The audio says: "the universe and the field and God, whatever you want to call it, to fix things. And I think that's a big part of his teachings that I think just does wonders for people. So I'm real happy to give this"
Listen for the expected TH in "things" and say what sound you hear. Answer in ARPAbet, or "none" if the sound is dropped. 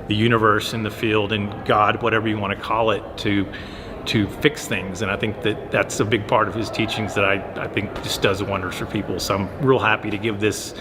TH